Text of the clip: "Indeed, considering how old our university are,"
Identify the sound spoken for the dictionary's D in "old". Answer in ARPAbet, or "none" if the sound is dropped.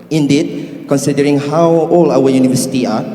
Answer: none